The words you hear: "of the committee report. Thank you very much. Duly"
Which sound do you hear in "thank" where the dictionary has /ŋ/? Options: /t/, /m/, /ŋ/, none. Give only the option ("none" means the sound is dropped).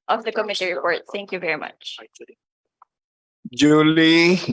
/ŋ/